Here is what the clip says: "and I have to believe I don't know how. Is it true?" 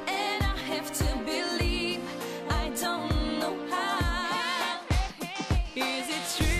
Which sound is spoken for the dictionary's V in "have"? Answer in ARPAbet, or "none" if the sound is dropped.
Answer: F